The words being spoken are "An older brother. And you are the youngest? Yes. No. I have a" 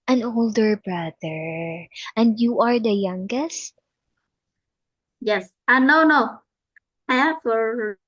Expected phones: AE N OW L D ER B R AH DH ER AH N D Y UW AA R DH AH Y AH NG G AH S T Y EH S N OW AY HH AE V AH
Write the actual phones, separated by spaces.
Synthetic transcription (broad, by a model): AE N OW L D ER B R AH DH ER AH N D Y UW AA R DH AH Y AH NG G AH S T Y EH S N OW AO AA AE F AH